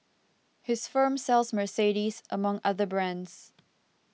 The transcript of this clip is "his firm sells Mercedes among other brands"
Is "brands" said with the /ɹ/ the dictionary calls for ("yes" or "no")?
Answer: yes